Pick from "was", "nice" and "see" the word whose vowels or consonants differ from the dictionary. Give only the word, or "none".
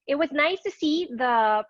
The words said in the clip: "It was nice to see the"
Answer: none